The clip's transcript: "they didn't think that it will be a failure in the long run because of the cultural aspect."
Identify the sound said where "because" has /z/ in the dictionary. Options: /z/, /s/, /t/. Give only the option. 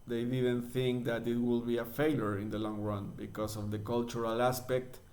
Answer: /s/